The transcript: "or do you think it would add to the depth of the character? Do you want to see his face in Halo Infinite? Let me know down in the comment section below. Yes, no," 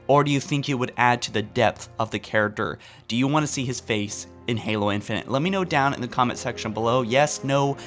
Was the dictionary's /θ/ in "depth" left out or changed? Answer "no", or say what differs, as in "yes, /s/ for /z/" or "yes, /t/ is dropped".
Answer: no